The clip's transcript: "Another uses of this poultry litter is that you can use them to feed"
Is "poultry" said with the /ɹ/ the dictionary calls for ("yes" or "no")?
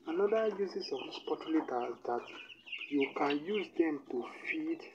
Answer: no